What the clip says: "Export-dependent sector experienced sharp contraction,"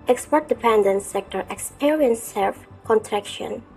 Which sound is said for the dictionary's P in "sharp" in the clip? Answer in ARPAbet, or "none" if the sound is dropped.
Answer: F